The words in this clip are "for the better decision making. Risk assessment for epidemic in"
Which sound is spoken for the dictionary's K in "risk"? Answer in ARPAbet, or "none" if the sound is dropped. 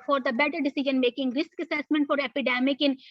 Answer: K